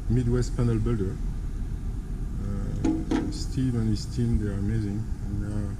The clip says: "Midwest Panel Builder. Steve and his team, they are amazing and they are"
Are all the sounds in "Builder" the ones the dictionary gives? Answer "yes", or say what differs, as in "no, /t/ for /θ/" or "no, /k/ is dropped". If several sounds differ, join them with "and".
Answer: yes